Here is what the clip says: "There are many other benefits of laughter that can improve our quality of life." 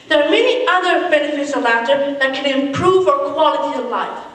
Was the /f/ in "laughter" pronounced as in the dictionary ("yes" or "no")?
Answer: no